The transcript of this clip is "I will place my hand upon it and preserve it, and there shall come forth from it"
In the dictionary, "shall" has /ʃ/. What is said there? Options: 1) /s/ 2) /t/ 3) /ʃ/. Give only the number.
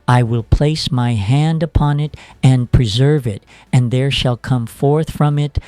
3